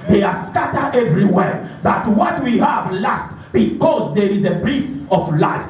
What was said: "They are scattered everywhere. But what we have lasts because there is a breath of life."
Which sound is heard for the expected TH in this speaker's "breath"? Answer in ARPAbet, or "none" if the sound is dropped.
F